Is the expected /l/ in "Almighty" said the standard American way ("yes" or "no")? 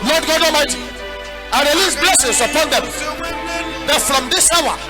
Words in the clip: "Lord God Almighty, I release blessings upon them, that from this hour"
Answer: no